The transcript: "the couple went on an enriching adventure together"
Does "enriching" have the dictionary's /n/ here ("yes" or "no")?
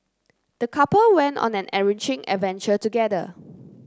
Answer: no